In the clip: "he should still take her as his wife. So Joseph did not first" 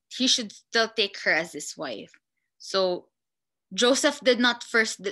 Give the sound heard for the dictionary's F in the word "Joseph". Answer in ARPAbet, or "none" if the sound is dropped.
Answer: F